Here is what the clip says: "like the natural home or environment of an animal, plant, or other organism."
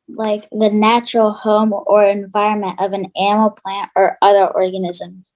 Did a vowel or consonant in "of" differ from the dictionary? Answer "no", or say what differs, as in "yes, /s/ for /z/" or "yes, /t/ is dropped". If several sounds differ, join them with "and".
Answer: no